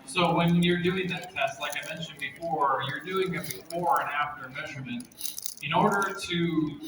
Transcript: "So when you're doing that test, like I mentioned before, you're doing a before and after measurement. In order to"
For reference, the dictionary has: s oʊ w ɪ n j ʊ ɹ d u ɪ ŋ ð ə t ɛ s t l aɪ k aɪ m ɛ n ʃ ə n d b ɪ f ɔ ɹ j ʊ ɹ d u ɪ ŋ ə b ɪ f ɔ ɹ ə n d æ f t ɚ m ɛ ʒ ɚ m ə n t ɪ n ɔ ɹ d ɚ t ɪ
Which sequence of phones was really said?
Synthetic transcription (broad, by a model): s oʊ w ɪ n j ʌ ɹ d u ɪ ŋ ð ə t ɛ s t l aɪ k aɪ m ɛ n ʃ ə n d b ɪ f ɔ ɹ j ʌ ɹ d u ɪ ŋ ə b ɪ f ɔ ɹ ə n æ f t ɚ m ɛ ʒ ɚ m ə n t ɪ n ɔ ɹ d ɚ t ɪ